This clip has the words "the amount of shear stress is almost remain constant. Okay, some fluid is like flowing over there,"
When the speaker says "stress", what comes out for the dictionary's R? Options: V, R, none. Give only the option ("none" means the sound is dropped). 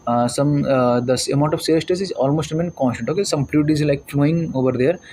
none